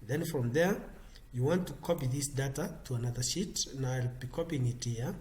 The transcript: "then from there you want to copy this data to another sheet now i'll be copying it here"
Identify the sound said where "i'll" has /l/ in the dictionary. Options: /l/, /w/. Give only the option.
/l/